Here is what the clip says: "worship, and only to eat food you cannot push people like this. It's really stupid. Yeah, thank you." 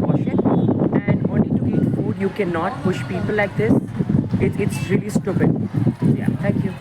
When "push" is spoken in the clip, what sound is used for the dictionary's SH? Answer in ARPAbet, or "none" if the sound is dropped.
SH